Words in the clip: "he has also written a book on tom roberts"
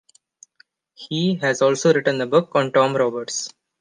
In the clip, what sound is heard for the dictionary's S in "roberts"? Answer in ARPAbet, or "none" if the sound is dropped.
S